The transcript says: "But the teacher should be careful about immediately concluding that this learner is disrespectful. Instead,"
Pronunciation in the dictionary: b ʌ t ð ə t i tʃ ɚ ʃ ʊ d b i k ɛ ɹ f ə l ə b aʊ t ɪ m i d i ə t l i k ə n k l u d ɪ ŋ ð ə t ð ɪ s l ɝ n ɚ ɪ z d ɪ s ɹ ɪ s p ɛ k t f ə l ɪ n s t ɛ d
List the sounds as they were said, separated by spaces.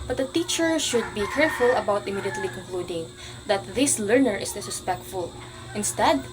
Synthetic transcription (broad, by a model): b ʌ t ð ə t i tʃ ɚ ʃ ʊ d b i k ɛ ɹ f ə l ə b aʊ t ɪ m i d i ə t l i k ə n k l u d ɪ ŋ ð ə t ð ɪ s l ɝ n ɚ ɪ s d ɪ s ɪ s p ɛ k t f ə l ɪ n s t ɛ d